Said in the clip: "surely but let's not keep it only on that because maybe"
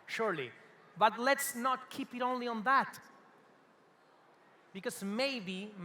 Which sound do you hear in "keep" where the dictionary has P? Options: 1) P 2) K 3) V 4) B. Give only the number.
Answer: 1